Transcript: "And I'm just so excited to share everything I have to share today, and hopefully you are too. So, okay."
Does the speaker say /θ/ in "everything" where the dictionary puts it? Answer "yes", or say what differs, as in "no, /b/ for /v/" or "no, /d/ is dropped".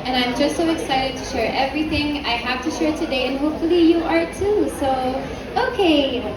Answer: yes